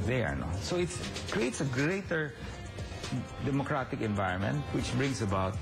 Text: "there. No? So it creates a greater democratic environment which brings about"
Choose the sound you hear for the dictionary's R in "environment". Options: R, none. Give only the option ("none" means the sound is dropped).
R